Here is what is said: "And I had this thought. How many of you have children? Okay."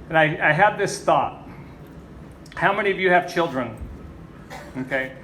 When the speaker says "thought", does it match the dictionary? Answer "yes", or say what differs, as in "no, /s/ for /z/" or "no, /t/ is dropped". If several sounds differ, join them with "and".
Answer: yes